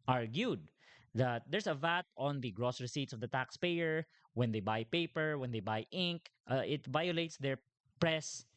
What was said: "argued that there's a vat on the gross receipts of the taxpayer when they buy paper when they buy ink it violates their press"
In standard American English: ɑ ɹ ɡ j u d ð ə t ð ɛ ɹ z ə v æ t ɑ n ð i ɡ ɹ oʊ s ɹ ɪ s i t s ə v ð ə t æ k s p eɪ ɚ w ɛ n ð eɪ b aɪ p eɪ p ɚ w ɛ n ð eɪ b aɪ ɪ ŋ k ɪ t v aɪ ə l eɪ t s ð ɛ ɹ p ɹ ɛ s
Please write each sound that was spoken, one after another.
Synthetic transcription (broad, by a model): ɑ ɹ ɡ j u d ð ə t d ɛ ɹ s ə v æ t ɑ n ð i ɡ ɹ oʊ s ɹ ɪ s i t s ə v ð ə t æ k s p eɪ ɚ w ɛ n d eɪ b aɪ p eɪ p ɚ w ɛ n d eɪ b aɪ ɪ ŋ k ɪ t v aɪ ə l eɪ t s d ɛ ɹ p ɹ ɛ s